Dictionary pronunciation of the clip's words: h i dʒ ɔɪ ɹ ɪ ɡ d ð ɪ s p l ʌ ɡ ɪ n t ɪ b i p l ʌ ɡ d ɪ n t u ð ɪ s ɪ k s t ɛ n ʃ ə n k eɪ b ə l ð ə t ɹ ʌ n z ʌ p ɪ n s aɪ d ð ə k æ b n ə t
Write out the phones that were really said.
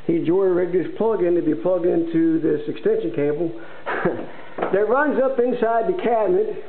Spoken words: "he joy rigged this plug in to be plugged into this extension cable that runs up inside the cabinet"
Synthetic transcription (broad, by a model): h i dʒ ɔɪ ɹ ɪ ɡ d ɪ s p l ʌ ɡ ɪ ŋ t ɪ b i p l ʌ ɡ d ɪ n t u ð ɪ s ɪ k s t ɛ n ʃ ə n k eɪ b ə l ð ə t ɹ ʌ n z ʌ p ɪ n s aɪ d ð ə k æ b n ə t